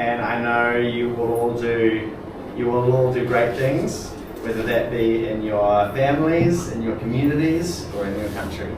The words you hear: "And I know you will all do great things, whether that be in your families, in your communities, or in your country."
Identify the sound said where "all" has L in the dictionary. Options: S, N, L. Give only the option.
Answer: L